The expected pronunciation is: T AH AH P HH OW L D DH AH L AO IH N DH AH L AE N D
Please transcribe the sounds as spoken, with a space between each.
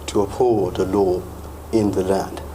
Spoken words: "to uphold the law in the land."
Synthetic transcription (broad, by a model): T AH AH P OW D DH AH L AO IH N DH AH L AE N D